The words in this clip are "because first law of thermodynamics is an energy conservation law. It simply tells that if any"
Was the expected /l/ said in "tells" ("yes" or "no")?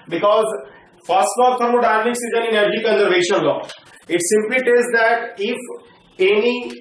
no